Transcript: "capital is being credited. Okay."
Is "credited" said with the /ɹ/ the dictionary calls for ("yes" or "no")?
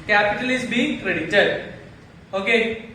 yes